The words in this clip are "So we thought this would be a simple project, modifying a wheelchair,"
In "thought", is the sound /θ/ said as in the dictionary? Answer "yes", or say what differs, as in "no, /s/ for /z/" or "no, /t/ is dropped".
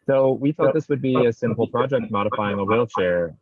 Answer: yes